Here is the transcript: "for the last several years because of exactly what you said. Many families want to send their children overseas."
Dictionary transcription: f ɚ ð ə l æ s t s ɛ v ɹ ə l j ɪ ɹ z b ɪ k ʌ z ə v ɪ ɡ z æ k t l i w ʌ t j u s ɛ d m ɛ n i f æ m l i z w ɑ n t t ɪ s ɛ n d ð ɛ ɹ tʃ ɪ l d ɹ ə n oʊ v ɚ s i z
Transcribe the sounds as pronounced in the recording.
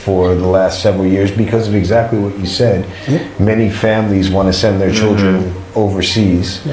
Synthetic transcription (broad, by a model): f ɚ ð ə l æ s t s ɛ v ɹ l j ɪ ɹ z b ɪ k ʌ z ə v ɪ ɡ z æ k t l i w ʌ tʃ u s ɛ d m ɛ n i f æ m l i z w ɑ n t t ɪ s ɛ n ð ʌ ɹ tʃ ɪ l d ɹ ə n oʊ v ɚ s i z